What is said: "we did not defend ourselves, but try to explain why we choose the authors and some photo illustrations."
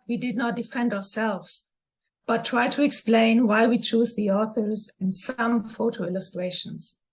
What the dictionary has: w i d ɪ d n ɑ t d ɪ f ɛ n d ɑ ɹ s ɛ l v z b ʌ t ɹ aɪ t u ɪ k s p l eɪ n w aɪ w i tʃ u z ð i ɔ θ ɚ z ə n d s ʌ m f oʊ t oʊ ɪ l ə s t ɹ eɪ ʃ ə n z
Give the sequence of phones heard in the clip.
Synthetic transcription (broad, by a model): w i d ɪ d n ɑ t d ɪ f ɛ n d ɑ ɹ s ɛ l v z b ʌ t ɹ aɪ t u ɪ k s p l eɪ n w aɪ w i tʃ u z ð i ɔ θ ɚ z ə n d s ʌ m f oʊ t oʊ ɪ l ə s t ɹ eɪ ʃ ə n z